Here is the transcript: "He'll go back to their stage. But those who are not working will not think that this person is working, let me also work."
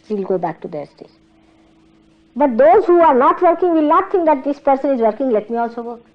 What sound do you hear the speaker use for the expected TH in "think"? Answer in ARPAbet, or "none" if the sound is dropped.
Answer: T